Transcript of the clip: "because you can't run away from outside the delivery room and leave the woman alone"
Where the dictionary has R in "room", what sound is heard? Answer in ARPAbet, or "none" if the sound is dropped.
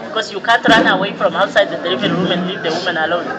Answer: W